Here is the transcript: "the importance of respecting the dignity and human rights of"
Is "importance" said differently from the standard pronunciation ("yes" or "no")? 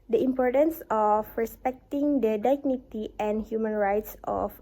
no